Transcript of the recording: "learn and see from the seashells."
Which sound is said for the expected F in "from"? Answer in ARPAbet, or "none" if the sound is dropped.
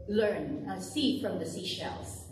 F